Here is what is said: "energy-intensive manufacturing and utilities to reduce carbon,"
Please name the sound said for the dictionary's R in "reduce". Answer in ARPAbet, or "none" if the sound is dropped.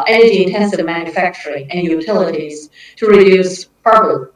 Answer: R